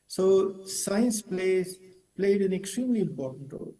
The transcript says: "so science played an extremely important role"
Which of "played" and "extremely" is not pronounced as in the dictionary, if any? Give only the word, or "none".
none